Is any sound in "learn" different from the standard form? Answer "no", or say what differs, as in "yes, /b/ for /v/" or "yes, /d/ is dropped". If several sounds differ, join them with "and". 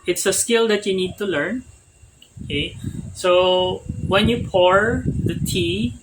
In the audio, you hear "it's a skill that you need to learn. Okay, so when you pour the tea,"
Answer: no